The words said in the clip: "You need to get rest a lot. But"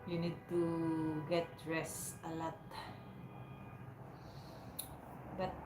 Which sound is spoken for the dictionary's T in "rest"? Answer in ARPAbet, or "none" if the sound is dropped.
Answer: none